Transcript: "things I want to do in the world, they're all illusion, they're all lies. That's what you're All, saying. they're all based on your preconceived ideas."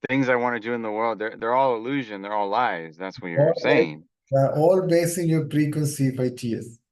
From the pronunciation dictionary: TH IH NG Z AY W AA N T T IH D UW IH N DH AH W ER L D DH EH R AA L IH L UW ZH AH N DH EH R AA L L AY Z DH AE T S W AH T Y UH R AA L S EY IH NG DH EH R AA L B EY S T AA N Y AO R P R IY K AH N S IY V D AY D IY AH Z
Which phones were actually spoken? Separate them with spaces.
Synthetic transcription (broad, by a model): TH IH NG Z AY W AA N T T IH D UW IH N DH AH W ER L D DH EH R AA L IH L UW ZH AH N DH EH R AA L L AY Z DH AE T S W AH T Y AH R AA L S EY IH NG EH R AA L B EY S IH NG Y AO R P R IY K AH N S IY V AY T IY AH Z